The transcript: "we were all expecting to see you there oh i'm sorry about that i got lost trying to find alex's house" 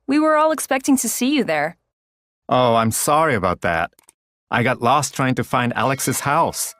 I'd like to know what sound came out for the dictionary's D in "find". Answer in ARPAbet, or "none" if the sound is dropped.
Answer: D